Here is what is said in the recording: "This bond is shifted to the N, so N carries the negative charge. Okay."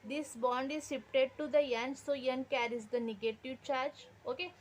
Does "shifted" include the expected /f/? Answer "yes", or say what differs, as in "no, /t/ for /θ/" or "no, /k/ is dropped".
no, /p/ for /f/